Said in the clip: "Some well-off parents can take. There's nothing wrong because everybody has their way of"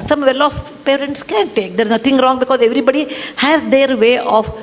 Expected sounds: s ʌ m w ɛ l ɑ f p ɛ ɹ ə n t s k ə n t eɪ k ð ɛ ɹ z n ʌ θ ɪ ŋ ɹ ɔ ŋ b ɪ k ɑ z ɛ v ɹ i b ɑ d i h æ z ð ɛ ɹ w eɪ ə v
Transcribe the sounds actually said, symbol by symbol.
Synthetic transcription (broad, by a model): s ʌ m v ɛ l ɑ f p ɛ ɹ ə n t s k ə n t eɪ k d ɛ ɹ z n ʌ t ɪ ŋ ɹ ɔ ŋ b ɪ k ɑ z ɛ v ɹ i b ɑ d i h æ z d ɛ ɹ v eɪ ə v